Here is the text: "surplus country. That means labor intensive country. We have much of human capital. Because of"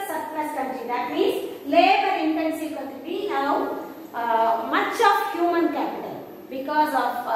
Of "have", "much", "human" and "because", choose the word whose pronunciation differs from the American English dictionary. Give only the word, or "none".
have